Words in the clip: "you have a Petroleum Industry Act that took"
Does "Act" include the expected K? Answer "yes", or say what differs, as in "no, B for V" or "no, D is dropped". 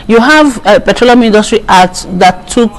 no, K is dropped